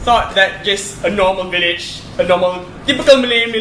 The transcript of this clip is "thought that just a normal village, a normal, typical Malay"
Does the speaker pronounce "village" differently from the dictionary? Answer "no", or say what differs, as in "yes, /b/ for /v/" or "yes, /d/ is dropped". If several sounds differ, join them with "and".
no